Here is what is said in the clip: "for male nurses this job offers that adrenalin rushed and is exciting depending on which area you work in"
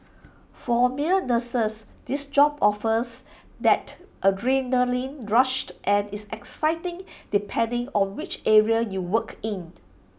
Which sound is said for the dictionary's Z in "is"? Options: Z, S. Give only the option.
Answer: S